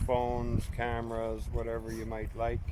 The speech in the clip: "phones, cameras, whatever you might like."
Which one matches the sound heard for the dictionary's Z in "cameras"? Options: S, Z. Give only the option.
Z